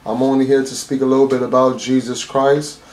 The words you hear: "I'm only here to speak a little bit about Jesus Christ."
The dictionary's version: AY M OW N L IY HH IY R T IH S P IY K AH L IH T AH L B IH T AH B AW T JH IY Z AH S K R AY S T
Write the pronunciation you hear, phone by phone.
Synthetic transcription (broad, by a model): AY M OW N L IY HH IY R T IH S P IY K AH L IH T L B IH T AH B AW T JH IY Z AH S K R AY S T